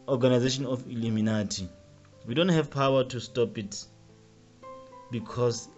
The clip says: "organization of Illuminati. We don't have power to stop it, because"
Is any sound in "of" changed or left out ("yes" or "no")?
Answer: yes